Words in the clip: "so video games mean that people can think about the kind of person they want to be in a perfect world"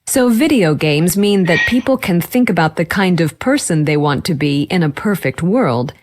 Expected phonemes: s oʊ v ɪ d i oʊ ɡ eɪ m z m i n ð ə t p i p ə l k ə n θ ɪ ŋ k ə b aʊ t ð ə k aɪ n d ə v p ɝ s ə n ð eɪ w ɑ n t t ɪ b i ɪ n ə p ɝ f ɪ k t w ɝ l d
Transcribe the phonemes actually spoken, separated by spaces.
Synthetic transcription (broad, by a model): s oʊ v ɪ d i oʊ ɡ eɪ m z m i n ð ə t p i p l k ə n θ ɪ ŋ k ə b aʊ t ð ə k aɪ n d ə v p ɝ s ə n ð eɪ w ɑ n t t ɪ b i ɪ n ə p ɝ f ɪ k t w ɝ l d